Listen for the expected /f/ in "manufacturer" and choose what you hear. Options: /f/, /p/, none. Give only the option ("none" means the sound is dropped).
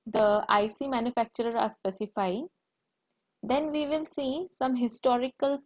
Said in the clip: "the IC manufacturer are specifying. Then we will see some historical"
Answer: /f/